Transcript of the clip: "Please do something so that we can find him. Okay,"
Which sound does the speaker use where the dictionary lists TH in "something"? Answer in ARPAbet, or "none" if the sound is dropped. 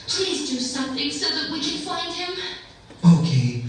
TH